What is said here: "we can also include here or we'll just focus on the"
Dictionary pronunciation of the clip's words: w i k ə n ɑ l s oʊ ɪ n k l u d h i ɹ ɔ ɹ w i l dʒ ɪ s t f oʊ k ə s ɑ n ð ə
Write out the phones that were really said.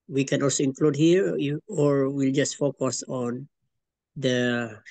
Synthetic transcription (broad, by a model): w i k ə n ɑ l s oʊ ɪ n k l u d h i ɹ ɔ ɹ w i l dʒ ɪ s t f oʊ k ə s ɑ n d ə